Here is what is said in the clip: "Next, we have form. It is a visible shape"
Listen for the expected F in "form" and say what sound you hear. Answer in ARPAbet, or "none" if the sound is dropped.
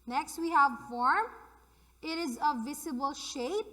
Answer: F